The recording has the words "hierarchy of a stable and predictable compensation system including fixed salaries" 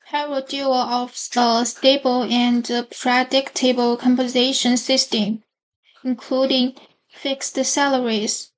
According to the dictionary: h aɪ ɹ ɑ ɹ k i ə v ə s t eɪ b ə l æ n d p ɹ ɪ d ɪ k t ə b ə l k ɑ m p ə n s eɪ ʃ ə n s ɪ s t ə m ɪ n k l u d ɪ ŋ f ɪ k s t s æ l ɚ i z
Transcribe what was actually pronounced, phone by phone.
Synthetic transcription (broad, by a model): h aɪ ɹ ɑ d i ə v ə s t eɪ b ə l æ n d p ɹ ɪ d ɪ k t ə b ə l k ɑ m p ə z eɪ ʃ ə n s ɪ s t ə m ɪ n k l u d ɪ ŋ f ɪ k s t s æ l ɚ i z